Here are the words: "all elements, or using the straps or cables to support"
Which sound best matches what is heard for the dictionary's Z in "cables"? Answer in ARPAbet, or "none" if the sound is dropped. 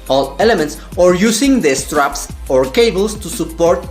S